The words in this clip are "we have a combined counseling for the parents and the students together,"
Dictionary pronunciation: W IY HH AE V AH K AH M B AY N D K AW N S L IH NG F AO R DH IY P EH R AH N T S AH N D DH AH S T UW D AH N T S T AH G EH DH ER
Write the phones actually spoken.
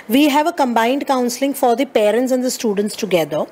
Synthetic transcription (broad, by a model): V IY HH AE V AH K AH M B AY N D K AW N S L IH NG F AO R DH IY P EH R AH N T S AH N D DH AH S T UW D AH N T S T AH G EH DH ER